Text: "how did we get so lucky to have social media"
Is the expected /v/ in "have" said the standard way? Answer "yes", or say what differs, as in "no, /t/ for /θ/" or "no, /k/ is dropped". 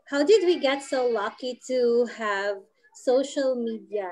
yes